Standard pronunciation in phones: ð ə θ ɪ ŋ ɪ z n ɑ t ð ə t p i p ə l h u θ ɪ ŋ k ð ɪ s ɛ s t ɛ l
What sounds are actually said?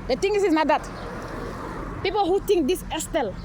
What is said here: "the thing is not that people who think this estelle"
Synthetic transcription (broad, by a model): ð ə t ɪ ŋ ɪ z n ɑ t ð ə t p i p ə l h u t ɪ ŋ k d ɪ s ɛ s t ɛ l